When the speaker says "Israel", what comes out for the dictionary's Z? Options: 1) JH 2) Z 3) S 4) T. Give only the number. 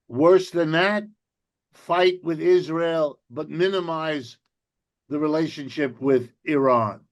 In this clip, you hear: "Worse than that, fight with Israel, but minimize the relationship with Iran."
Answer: 2